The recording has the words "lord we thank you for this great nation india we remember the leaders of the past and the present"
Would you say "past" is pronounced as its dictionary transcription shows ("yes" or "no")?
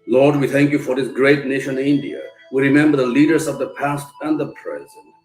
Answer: yes